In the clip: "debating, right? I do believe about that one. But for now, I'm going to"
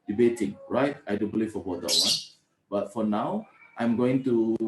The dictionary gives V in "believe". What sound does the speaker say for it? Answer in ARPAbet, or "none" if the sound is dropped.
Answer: F